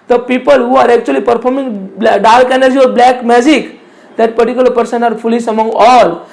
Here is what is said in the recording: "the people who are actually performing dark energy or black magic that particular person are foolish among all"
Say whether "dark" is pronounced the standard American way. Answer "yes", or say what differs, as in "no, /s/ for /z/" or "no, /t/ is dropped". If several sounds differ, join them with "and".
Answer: no, /l/ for /ɹ/